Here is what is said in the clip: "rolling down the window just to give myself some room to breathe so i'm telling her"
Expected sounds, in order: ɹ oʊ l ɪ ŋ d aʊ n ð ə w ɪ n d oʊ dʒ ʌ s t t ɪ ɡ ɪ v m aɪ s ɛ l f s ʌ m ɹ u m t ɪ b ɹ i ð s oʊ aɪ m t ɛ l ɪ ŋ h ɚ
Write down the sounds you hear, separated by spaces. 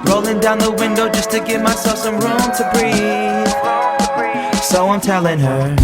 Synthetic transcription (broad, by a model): ɹ oʊ l ɪ ŋ d aʊ n ð ə w ɪ n d oʊ dʒ ʌ s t t ɪ ɡ ɪ v m aɪ s ɛ l f s ʌ m ɹ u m t ɪ b ɹ i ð s oʊ aɪ m t ɛ l ɪ ŋ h ɚ